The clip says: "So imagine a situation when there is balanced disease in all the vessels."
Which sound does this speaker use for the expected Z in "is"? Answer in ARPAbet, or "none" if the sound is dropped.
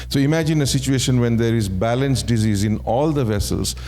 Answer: Z